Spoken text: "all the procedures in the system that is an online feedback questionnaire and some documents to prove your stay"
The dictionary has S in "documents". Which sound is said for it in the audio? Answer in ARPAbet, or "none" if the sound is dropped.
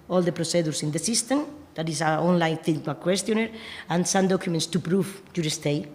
S